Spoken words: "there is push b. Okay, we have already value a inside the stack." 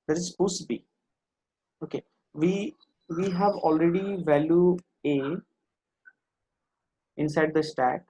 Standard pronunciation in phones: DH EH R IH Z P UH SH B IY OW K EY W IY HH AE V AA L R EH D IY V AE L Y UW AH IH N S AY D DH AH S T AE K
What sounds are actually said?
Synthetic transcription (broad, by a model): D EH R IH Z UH S B IY OW K EY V IY HH AE V AA L R EH D IY V AE L Y UW AH IH N S AY D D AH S T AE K